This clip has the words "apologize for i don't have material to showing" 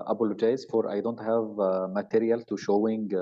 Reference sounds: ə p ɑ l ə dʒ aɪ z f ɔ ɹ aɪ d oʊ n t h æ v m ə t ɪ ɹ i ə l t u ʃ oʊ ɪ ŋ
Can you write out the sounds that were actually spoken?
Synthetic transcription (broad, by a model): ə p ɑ l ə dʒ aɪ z f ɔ ɹ aɪ d oʊ n t h æ v m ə t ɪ ɹ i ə l t u ʃ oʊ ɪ ŋ